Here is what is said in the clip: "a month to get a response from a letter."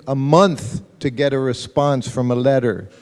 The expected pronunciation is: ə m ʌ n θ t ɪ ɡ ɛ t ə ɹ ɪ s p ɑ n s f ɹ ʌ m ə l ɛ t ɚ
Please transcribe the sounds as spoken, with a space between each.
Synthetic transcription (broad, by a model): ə m ʌ n θ t ɪ ɡ ɛ t ə ɹ ɪ s p ɑ n s f ɹ ʌ m ə l ɛ t ɚ